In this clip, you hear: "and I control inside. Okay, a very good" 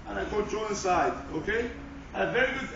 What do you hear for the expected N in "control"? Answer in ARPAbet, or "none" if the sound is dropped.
none